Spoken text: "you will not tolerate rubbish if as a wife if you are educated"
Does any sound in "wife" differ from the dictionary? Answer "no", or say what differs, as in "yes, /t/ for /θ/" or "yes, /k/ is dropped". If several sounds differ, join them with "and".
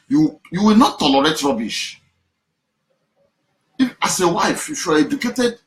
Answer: yes, /f/ is dropped